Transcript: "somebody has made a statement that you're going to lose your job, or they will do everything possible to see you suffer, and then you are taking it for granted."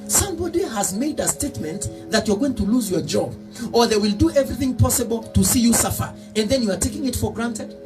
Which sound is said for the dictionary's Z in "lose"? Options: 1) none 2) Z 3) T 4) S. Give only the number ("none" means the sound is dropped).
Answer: 2